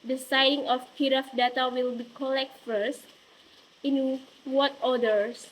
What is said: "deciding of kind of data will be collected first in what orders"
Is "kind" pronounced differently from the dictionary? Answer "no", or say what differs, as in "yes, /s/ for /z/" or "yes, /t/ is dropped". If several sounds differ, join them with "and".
yes, /n/ is dropped